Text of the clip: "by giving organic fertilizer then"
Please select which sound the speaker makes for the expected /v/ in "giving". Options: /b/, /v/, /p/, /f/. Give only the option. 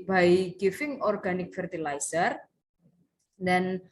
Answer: /f/